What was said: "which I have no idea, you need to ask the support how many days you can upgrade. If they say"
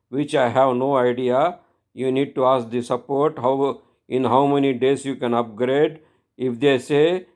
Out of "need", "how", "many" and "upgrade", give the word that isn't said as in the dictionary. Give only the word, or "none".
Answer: none